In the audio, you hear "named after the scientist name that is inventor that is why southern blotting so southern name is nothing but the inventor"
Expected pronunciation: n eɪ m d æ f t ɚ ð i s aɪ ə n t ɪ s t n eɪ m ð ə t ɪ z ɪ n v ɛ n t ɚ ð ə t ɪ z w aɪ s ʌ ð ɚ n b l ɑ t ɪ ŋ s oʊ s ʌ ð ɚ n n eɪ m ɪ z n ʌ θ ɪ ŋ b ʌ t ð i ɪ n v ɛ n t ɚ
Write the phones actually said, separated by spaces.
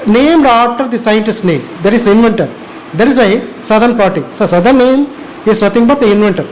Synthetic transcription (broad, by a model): n eɪ m d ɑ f t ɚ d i s aɪ ə n t ɪ s t n eɪ m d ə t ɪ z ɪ n v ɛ n t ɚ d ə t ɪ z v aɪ s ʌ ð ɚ n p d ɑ t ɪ s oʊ s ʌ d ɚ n n eɪ m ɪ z n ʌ t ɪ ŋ b ʌ t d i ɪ n v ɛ n t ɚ